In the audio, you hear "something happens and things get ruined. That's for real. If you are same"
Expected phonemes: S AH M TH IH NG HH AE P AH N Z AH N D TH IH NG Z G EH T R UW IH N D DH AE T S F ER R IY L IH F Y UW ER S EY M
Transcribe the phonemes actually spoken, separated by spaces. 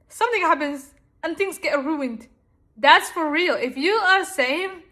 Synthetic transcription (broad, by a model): S AH M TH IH NG HH AE P AH N Z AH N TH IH NG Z G EH T R UW IH N D DH AE T S F ER R IY L IH F Y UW ER S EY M